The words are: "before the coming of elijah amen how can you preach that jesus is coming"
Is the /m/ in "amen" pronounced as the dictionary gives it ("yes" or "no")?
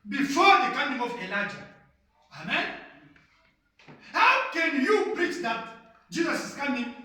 yes